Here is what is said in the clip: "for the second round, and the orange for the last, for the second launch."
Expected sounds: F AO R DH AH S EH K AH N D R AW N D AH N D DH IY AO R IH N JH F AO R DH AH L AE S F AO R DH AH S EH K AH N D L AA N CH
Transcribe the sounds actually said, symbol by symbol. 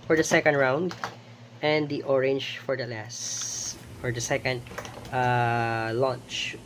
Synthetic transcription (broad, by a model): F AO R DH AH S EH K AH N D R AW N D AH N D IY AO R IH N JH F AO R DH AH L AE S F AO R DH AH S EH K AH N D L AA N CH